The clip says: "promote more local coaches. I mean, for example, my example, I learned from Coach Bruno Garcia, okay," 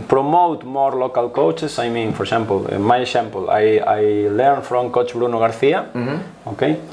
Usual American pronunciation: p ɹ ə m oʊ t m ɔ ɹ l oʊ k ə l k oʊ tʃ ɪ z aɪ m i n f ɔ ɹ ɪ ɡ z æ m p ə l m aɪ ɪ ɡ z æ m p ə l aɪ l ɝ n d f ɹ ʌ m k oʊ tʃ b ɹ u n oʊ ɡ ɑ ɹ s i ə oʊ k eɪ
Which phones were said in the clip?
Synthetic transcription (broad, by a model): p ɹ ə m oʊ t m ɔ ɹ l oʊ k ə l k oʊ tʃ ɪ s aɪ m i n f ɔ ɹ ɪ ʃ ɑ m p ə l m aɪ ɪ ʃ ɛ m p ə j aɪ l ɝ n f ɹ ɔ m k oʊ tʃ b ɹ u n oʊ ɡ ɑ ɹ θ i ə oʊ k eɪ